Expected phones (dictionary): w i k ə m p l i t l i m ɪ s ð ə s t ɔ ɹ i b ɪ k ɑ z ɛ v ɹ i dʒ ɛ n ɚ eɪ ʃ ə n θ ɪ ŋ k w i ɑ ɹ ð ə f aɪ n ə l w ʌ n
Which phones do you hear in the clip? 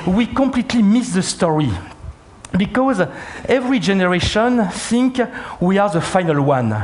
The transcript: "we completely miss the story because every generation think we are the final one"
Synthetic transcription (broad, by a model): w i k ə m p l i t l i m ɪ s ð ə s t ɔ ɹ i b ɪ k ɑ z ɛ v ɹ i dʒ ɛ n ɚ eɪ ʃ ə n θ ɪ ŋ k w i ɑ ɹ ð ə f aɪ n ə l w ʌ n